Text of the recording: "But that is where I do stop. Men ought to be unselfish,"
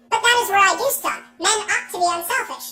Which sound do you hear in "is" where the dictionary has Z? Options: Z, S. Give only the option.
Z